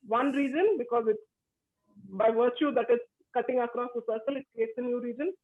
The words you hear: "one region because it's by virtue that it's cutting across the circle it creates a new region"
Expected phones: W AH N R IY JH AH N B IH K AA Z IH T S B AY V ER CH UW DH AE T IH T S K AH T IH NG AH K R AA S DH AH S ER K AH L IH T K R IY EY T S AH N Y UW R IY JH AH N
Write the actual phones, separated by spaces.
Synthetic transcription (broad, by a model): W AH N R IY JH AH N B IH K AA Z IH T S B AY V ER CH UW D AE T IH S K AH T IH NG AH K R AA S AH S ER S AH L IH T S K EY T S AH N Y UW R IY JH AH N